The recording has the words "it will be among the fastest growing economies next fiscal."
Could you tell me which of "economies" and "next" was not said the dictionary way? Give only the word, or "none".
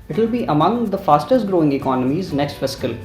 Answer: none